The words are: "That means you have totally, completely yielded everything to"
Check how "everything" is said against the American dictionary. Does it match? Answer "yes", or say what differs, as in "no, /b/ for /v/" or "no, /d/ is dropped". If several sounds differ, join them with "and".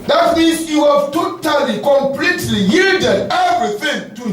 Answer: yes